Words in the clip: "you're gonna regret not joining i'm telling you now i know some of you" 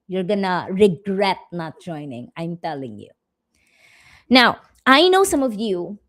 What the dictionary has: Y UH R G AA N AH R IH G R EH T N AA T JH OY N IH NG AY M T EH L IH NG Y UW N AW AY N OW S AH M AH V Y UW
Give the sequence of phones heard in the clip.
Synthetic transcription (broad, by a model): Y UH R G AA N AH R IH G R EH T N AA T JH OY N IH NG AY M T EH L IH NG Y UW N AW AY N OW S AH M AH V Y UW